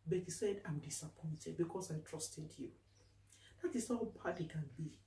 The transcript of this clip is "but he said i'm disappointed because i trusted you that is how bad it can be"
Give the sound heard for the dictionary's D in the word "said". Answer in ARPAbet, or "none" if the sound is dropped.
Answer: D